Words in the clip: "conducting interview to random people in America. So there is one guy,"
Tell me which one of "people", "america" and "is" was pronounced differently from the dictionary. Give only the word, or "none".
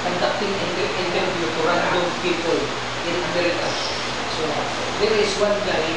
is